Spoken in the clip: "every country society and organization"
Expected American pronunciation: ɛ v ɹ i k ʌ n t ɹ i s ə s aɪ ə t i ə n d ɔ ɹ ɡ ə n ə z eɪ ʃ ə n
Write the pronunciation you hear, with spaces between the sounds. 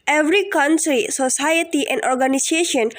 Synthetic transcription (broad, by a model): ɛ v ɹ i k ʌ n s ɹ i s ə s aɪ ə t i ə n d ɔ ɹ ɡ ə n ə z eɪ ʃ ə n